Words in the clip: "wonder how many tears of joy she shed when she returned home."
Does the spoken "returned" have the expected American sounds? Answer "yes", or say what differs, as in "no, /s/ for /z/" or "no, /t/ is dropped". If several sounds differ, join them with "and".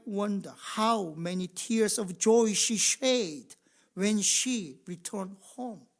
yes